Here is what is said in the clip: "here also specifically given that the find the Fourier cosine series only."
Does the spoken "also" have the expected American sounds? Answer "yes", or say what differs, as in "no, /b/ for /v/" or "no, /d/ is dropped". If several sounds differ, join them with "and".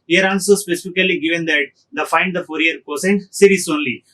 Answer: no, /n/ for /l/